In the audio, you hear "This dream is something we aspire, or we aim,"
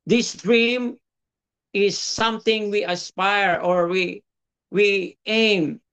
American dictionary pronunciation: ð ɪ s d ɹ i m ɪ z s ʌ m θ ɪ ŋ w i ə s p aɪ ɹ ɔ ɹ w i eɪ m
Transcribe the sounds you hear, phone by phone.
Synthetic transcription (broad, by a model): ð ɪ s d ɹ i m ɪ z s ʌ m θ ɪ ŋ w i ə s p aɪ ɹ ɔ ɹ w i eɪ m